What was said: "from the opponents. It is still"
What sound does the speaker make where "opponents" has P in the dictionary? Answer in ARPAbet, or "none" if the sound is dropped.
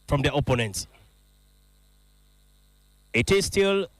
P